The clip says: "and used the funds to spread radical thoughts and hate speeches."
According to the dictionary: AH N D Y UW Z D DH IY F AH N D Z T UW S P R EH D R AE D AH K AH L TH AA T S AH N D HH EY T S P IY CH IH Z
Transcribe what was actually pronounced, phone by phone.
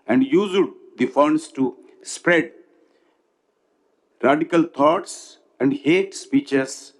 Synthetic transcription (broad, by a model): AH N D Y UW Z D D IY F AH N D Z T UW S P R EH D R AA D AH K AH L T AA T S AH N D HH EY T S P IY CH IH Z